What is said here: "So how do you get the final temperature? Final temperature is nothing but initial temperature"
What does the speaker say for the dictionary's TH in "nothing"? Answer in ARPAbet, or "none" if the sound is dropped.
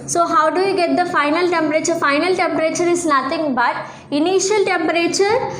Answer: T